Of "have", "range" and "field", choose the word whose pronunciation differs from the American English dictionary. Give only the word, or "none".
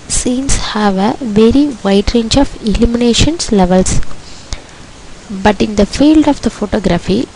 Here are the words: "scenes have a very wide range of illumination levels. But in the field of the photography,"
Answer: none